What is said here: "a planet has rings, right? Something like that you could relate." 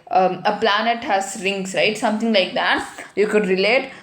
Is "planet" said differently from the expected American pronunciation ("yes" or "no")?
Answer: no